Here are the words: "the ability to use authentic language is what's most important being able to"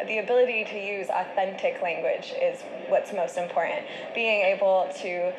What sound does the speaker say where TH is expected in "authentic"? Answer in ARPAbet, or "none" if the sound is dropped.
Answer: TH